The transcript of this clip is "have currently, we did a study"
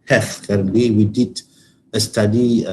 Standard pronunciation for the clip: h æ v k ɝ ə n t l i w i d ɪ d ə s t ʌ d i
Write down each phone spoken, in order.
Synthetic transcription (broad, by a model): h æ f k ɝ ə t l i w i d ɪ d ə s t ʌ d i